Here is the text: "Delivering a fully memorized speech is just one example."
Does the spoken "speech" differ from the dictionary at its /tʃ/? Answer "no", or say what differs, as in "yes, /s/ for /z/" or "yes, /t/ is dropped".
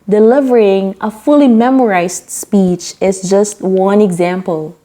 no